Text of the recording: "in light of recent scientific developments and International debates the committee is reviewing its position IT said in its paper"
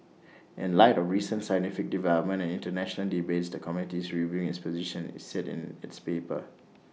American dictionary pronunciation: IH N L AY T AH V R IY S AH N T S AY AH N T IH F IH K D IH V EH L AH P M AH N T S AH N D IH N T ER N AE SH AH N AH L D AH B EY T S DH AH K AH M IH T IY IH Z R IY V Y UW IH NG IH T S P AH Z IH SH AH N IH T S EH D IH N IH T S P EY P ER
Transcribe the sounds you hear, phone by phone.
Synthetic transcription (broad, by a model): IH N L AY T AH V R IY S AH N T S AY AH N T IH F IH K D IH V EH L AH P M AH N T AH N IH N T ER N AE SH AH N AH L D AH B EY T S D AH K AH M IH T IY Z R IY V Y UW IH NG IH T S P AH Z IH SH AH N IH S S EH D IH N IH T S P EY P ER